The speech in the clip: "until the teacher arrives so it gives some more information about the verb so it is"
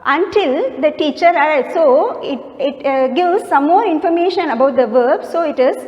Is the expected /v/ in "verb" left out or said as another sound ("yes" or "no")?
no